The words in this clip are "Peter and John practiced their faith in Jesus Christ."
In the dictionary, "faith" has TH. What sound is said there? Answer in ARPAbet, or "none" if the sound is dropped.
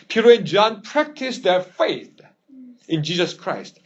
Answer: TH